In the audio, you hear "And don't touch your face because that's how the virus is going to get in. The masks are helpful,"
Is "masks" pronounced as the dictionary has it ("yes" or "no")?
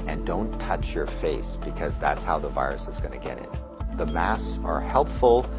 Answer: no